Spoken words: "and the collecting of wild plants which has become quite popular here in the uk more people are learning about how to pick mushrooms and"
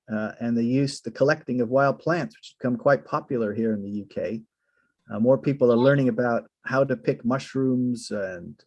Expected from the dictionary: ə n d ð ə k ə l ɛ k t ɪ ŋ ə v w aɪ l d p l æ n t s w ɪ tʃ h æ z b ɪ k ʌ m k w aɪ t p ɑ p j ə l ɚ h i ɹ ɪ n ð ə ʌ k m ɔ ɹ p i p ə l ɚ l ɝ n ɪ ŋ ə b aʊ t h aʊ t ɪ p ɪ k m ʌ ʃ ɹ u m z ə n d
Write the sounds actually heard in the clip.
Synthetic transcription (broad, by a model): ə n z ð ə k ə l ɛ k t ɪ ŋ ə v w aɪ l d p l æ n t s w ɪ tʃ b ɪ k ʌ m k w aɪ t p ɑ p j l ɚ h i ɹ ɪ n ð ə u k m ɔ ɹ p i p l ɚ l ɝ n ɪ ŋ ə b aʊ t h aʊ t ɪ p ɪ k m ʌ ʃ ɹ u m z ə n